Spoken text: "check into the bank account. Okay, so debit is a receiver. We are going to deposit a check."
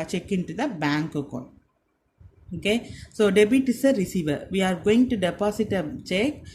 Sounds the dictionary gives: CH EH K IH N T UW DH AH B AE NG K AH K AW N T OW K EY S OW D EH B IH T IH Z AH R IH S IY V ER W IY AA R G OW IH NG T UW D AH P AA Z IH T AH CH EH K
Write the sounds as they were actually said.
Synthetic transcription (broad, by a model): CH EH K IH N T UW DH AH B AE NG K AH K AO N OW K EY S OW D EH B IH T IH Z AH R IH S IY V ER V IY AA R G OW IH NG T UW D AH P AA S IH T AH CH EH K